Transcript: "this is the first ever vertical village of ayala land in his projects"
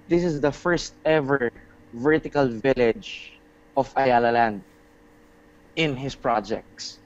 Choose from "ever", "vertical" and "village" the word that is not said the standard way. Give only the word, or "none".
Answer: none